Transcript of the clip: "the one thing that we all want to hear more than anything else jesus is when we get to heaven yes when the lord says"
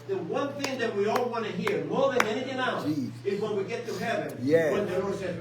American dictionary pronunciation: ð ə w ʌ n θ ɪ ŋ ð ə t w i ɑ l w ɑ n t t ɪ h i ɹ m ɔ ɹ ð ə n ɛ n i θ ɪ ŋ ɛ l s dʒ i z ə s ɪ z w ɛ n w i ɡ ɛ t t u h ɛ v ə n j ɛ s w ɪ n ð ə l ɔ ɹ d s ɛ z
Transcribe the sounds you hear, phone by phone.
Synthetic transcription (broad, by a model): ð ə w ʌ n θ ɪ ŋ ð ə t w i ɑ l w ɑ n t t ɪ h i ɹ m ɔ ɹ ð ə n ɛ n i θ ɪ ŋ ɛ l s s ɪ z w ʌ n w i ɡ ɛ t t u h ɛ v ə n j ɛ w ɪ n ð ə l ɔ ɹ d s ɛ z